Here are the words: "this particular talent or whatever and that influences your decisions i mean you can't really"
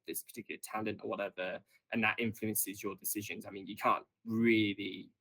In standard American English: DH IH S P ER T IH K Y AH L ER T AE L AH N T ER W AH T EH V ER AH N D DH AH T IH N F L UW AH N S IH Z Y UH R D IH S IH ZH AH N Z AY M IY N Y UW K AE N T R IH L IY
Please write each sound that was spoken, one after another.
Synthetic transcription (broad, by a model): DH IH S P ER T IH K Y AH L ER T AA L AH N T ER W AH T EH V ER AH N DH AH T IH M F L UW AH N S IH Z Y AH D IH S IH ZH AH N Z AY M IY N Y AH K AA N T R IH L IY